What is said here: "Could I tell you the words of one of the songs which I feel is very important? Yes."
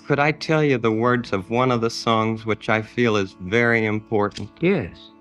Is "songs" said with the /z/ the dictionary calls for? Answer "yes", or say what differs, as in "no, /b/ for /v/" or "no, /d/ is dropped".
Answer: yes